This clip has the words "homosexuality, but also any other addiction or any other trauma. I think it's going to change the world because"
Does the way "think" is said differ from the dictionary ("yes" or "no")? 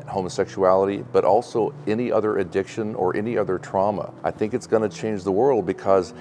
no